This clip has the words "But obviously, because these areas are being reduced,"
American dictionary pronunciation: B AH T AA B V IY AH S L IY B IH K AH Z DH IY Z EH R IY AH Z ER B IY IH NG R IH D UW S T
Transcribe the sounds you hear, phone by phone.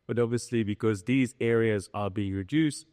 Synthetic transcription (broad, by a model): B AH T AA B V IY AH S L IY B IH K AH Z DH IY Z EH R IY AH Z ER B IY IH NG R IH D UW S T